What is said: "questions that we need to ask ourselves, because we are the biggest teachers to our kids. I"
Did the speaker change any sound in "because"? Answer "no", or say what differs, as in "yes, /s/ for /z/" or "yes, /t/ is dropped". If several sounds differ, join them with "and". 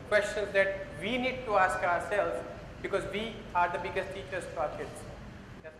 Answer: no